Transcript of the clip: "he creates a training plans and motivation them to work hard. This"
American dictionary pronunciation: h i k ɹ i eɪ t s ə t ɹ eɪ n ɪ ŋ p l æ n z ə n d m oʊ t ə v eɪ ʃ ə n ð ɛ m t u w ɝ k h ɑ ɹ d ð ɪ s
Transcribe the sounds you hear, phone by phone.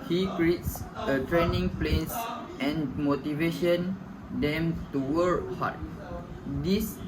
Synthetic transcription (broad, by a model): h i k ɹ i eɪ t s ə t ɹ eɪ n ɪ ŋ p l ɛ n s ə n m oʊ t ə v eɪ ʃ ə n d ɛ m t u w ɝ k h ɑ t d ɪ s